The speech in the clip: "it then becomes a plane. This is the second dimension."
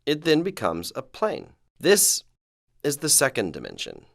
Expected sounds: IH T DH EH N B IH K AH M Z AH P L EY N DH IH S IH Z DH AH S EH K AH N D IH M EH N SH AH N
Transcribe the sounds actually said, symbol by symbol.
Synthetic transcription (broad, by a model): IH T DH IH N B IH K AH M Z AH P L EY N DH IH S IH Z DH AH S EH K AH N D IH M EH N SH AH N